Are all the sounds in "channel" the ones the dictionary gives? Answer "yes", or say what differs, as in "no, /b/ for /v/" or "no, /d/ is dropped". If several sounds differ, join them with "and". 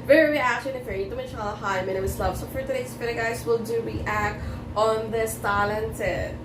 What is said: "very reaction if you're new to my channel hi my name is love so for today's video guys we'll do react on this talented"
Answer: no, /l/ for /n/